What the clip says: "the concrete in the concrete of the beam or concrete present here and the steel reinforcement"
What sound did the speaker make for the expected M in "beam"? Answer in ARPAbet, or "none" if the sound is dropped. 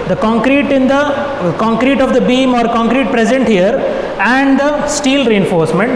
M